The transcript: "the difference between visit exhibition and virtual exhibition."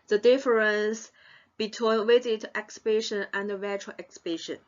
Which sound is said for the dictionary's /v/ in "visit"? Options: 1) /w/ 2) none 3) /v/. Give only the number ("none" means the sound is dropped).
1